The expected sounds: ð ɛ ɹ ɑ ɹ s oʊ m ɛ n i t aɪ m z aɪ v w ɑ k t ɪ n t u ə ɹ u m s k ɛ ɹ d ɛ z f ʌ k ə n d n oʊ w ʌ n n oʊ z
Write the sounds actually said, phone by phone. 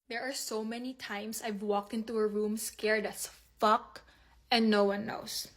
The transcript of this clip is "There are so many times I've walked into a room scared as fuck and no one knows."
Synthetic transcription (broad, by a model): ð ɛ ɹ ɑ ɹ s oʊ m ɛ n i t aɪ m s aɪ v w ɑ k t ɪ n t u ə ɹ u m s k ɛ ɹ d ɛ s f ʌ k ə n d n oʊ w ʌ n n oʊ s